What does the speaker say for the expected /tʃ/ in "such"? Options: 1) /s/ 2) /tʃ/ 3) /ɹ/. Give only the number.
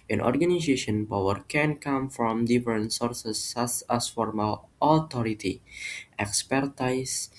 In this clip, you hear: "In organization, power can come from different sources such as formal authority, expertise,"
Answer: 1